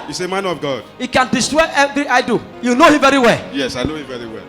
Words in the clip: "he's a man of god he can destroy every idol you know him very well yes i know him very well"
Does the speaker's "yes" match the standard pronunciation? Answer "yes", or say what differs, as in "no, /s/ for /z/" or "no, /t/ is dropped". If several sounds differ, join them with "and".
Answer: yes